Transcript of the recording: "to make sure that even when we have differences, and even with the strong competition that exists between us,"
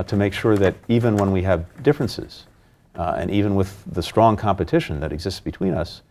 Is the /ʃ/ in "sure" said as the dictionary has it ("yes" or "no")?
yes